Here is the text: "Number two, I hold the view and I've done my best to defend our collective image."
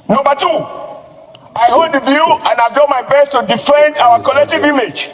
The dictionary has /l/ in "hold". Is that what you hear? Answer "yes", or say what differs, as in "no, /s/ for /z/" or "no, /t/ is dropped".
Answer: no, /l/ is dropped